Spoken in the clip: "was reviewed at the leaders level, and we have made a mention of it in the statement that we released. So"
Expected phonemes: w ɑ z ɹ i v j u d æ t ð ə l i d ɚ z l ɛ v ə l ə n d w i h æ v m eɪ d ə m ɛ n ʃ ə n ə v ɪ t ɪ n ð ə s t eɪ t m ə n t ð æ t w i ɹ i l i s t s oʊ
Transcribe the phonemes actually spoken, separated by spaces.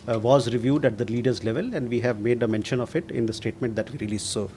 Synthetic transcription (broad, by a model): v ɑ z ɹ i v j u d æ t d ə l i d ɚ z l ɛ v ə l ə n d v i h æ v m eɪ d ə m ɛ n ʃ ə n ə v ɪ t ɪ n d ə s t eɪ t m ə n t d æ t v i ɹ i l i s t s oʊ